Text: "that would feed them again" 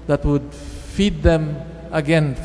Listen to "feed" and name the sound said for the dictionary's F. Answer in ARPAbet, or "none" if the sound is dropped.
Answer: F